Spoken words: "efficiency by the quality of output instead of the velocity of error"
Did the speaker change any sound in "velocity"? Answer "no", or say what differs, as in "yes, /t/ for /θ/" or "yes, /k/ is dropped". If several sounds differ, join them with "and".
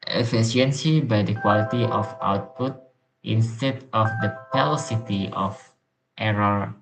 yes, /p/ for /v/